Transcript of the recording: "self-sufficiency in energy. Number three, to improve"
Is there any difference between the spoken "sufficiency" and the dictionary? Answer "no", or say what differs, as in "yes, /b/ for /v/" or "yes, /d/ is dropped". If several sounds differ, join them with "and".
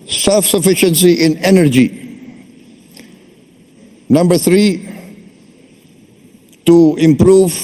no